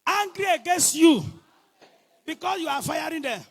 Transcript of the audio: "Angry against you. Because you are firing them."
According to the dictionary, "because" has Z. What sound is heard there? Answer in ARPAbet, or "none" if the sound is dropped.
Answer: S